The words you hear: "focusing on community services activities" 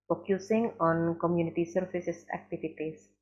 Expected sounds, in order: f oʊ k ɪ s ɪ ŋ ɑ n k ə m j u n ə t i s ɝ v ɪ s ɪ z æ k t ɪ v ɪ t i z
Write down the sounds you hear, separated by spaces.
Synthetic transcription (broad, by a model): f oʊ k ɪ s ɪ ŋ ɑ n k ə m j u n ə t i s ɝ f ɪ s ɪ s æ k t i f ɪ t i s